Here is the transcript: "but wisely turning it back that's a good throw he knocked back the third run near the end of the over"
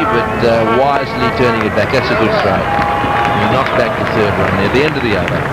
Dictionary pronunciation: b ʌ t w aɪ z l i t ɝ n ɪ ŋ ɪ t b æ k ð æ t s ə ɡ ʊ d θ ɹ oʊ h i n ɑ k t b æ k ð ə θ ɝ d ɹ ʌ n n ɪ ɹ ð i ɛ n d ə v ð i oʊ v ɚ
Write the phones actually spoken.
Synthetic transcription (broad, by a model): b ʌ t w aɪ z l i t ɝ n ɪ ŋ ɪ t b æ k ð æ t s ə ɡ ʊ d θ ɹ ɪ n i n ɑ k b æ k ð ə θ ɝ d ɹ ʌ n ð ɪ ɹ ð i ɛ n d ə v ð i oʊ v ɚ